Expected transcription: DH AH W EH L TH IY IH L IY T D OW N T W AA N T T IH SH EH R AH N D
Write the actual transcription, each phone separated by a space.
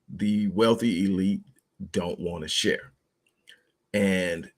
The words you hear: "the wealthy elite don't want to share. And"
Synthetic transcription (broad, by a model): DH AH W EH L TH IY IH L IY T D OW N T W AA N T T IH SH EH R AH N